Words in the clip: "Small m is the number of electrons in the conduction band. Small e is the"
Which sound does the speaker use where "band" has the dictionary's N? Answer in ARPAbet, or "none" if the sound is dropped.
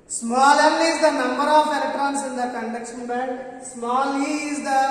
none